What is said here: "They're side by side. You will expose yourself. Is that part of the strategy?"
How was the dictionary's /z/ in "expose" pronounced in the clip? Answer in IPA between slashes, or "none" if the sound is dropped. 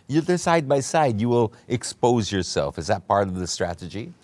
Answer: /z/